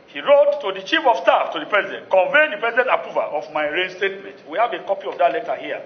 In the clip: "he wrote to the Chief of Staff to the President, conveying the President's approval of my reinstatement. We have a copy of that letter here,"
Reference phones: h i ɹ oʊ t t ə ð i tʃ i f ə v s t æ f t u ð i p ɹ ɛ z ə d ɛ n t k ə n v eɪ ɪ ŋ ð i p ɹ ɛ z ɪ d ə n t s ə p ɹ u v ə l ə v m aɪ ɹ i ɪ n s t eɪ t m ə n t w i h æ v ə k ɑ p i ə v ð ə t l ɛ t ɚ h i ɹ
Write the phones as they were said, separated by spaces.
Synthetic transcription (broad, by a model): h i ɹ oʊ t t ə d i tʃ i f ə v s t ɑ f t u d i p ɹ ɛ z ə d ɛ n t k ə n v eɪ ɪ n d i p ɹ ɛ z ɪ d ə n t ə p u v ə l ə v m aɪ ɹ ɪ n s t eɪ t m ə n t w i h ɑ v ə k ɑ p i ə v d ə t l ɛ t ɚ h i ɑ